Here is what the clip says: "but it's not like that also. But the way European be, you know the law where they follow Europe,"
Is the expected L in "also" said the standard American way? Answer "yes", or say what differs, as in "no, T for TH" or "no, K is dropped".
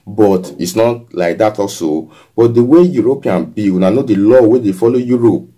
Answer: no, L is dropped